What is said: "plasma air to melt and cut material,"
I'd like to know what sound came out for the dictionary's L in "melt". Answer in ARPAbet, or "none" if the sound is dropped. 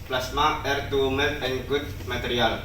none